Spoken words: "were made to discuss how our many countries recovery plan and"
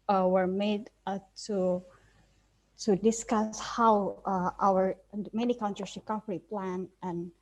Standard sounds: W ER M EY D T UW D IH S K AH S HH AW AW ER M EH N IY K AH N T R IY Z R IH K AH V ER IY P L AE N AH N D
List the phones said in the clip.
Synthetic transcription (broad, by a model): W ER M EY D T UW D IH S K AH S HH AW AW ER M EH N IY K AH N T R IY S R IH K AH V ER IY P L AE N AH N